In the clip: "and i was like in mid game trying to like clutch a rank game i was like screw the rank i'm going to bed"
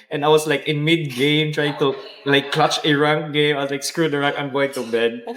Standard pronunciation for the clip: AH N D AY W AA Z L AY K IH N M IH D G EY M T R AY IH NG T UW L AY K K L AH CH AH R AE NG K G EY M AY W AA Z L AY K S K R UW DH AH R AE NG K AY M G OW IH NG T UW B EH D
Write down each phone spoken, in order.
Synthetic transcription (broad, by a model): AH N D AY W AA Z L AY K IH N M IH D G EY M T R AY IH NG T UW L AY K K L AH CH AH R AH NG G EY M AY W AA S L AY K S K R UW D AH R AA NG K AY M G OW IH NG T UW B EH D